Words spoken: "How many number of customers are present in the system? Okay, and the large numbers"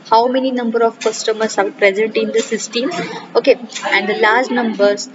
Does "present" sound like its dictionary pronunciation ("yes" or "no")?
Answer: yes